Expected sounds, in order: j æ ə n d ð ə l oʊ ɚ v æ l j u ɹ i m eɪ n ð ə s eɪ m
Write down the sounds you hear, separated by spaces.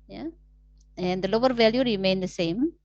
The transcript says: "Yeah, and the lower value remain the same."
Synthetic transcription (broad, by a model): j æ ə n d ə l oʊ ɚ v æ l j u ɹ i m eɪ n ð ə s eɪ m